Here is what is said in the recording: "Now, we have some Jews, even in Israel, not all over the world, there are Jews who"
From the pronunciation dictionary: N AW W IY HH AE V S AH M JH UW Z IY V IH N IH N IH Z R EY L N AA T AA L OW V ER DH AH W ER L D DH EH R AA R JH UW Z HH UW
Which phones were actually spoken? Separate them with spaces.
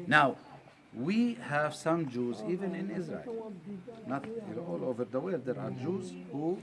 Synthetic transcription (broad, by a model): N AW W IY HH AE V S AH M JH UW Z IY V IH N IH N IH Z R EY L N AA T AA L OW V ER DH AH W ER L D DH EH R AA R JH UW Z HH UW